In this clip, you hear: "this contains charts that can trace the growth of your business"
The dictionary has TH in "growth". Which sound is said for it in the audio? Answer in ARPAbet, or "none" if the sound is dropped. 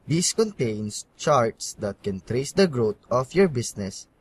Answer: T